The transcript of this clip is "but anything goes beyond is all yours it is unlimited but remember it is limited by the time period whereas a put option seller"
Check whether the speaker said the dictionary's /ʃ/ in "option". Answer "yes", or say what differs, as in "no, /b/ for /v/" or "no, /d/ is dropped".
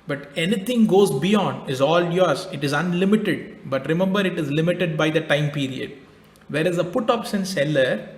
no, /s/ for /ʃ/